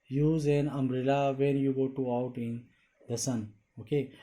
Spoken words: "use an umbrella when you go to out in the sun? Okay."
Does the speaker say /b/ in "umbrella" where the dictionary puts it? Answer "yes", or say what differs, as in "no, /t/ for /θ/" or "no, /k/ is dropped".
no, /b/ is dropped